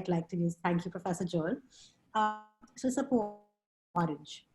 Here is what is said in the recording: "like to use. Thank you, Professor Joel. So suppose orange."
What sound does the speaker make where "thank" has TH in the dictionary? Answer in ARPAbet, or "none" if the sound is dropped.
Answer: T